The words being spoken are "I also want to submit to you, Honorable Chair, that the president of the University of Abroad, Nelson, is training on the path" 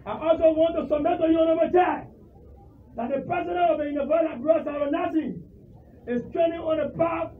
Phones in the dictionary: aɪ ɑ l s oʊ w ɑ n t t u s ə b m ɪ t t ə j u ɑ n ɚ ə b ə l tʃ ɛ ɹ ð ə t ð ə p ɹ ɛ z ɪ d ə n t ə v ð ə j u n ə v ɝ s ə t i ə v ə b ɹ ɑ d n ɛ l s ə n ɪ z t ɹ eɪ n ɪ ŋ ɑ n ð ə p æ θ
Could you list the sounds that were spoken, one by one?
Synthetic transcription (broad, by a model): aɪ ɑ l s oʊ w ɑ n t t u s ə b m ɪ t t ə j u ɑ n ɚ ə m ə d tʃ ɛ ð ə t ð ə p ɹ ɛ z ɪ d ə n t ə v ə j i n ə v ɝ ə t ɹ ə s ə ɹ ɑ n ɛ s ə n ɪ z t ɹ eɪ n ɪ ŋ ɑ n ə p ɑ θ